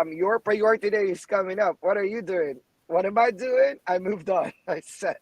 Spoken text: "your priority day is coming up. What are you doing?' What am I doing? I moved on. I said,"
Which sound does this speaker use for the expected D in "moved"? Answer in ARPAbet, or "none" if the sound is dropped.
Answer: D